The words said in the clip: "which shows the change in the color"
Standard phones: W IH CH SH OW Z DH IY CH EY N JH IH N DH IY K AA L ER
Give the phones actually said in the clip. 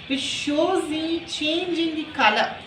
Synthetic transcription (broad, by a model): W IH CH SH OW Z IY CH EY N JH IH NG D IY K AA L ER